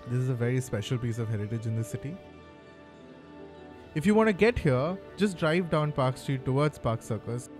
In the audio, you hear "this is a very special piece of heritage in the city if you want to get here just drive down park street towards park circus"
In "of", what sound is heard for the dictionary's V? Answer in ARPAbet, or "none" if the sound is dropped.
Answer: V